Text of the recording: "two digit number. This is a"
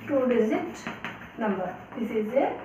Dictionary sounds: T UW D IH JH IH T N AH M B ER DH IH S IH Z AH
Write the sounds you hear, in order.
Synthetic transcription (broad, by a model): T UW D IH Z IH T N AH M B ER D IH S IH Z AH